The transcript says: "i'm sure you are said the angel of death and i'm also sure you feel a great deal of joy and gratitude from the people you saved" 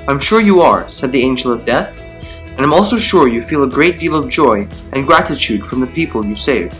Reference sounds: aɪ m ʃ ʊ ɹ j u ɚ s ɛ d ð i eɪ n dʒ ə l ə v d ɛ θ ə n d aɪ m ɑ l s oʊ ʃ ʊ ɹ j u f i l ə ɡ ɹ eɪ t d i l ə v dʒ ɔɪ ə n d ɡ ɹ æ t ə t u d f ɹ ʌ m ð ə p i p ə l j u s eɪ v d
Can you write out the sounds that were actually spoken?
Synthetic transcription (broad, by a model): aɪ m ʃ ʊ ɹ j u ɚ s ɛ d ð i eɪ n dʒ l ə v d ɛ θ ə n aɪ m ɑ l s oʊ ʃ ʊ ɹ j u f i l ə ɡ ɹ eɪ t d i l ə v dʒ ɔɪ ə n ɡ ɹ æ t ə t u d f ɹ ʌ m ð ə p i p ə l j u s eɪ v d